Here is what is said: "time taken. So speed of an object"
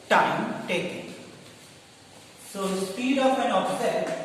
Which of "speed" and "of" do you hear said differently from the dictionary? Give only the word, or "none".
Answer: of